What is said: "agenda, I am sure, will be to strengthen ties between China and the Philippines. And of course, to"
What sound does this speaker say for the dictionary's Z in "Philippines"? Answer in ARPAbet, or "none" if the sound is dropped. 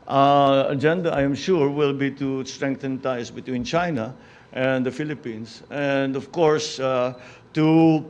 S